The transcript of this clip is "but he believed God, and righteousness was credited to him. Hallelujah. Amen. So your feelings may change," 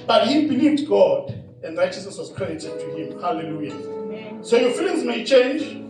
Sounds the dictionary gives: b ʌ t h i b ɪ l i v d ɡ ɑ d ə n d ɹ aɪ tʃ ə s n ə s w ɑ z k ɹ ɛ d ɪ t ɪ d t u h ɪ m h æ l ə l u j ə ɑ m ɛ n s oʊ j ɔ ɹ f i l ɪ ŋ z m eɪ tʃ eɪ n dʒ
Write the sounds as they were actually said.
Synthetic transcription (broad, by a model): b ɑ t h i b ɪ l i v d ɡ ɑ d ə n d ɹ aɪ tʃ ə s n ə s w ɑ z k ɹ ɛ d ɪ t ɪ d t u h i m h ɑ l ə l u j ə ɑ ɛ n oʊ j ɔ f i l ɪ ŋ z m eɪ tʃ eɪ n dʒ